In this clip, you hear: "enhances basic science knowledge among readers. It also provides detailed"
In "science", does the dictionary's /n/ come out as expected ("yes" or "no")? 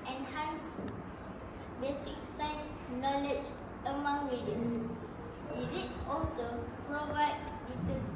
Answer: no